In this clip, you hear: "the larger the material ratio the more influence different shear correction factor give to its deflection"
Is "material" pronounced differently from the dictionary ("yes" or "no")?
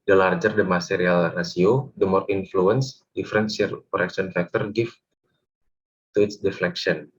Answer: yes